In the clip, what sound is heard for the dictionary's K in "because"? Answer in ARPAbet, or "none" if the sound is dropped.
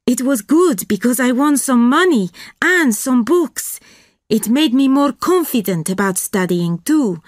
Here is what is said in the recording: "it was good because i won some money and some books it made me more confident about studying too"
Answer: K